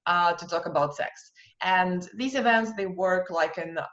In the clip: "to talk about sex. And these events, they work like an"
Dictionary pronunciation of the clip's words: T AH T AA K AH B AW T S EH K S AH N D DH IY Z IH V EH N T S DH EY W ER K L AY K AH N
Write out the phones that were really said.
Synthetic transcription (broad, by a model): T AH T AA K AH B AW T S EH K S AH N DH IY Z IH V EH N T S DH EY W ER K L AY K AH N